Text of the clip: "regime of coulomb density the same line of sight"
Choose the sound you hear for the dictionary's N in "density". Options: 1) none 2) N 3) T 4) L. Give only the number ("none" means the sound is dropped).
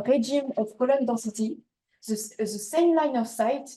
1